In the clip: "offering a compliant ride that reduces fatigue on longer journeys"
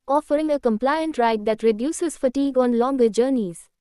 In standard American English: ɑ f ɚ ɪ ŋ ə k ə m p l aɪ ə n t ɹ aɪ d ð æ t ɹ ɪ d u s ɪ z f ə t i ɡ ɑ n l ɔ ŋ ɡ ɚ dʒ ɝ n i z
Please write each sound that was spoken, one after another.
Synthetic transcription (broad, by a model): ɑ f ɚ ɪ ŋ ə k ə m p l aɪ ə n t ɹ aɪ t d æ t ɹ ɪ d u s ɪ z f ə t i ɡ ɑ n l ɔ ŋ ɡ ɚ dʒ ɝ n i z